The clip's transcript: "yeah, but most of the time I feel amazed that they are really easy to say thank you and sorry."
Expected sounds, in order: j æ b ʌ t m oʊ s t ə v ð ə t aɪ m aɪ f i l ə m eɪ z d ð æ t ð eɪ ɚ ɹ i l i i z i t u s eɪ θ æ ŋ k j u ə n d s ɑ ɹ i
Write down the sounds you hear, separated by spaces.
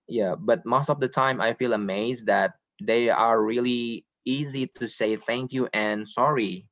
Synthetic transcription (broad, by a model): j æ b ʌ t m oʊ s t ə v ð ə t aɪ m aɪ f i l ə m eɪ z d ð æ t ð eɪ ɚ ɹ i l i i z i t u s eɪ θ æ ŋ k j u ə n s ɑ ɹ i